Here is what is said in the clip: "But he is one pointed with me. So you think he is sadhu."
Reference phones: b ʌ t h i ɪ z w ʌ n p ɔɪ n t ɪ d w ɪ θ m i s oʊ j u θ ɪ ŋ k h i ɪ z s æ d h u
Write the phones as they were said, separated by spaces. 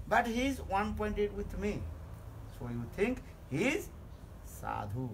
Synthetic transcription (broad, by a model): b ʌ t h i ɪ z w ʌ n p ɔɪ n t ɪ d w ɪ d m i s oʊ j u t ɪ ŋ k h i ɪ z s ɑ d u